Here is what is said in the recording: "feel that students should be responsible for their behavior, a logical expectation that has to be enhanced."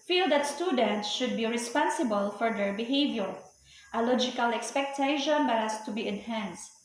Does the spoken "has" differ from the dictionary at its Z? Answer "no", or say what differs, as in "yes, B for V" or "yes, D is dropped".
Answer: yes, S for Z